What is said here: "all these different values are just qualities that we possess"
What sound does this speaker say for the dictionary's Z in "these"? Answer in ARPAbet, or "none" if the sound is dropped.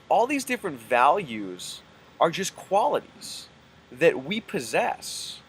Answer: Z